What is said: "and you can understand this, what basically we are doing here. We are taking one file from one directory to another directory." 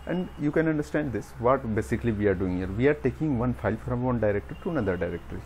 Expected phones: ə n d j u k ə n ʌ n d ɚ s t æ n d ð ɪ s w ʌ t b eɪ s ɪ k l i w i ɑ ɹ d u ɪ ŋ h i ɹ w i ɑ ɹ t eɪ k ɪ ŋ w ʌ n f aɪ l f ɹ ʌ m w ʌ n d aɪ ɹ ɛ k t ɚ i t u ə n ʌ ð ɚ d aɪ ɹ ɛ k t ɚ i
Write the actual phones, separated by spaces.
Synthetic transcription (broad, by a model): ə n d j u k ə n ʌ n d ɚ s t æ n d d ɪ s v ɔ t b eɪ s ɪ k l i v i ɑ ɹ d u ɪ ŋ h i ɹ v i ɑ ɹ t eɪ k ɪ ŋ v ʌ n f aɪ l f ɹ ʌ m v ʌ n d aɪ ɹ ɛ k t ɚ t u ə n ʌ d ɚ d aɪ ɹ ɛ k t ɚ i